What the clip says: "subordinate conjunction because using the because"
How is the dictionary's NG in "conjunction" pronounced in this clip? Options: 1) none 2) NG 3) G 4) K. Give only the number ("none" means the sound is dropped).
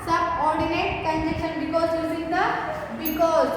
1